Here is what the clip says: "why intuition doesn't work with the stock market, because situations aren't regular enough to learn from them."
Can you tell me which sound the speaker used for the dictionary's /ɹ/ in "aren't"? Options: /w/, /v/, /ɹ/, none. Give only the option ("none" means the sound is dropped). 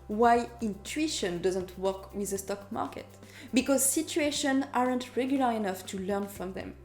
/ɹ/